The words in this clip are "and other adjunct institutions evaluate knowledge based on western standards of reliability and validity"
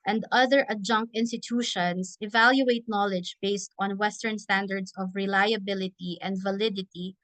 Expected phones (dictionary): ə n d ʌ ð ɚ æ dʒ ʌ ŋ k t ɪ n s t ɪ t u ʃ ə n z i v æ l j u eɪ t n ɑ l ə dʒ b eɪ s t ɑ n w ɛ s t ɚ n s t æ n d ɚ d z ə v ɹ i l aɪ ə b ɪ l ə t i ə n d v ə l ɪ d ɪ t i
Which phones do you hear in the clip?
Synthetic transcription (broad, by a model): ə n d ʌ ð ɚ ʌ dʒ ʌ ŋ k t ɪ n s t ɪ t u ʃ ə n s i v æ l j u eɪ t n ɑ l ə dʒ b eɪ s t ɑ n w ɛ s t ɚ n s t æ n d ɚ d s ə v ɹ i l aɪ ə b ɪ l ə t i ə n d v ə l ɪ d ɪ t i